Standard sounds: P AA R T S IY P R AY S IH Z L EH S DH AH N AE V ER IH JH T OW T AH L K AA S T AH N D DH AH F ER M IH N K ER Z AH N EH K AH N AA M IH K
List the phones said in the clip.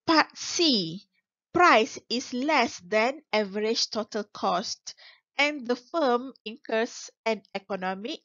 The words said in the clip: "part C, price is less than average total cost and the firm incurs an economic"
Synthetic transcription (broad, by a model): P AA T S IY P R AY S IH S L EH S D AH N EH V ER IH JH T OW T AH L K AA S T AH N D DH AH F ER M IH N K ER S AH N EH K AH N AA M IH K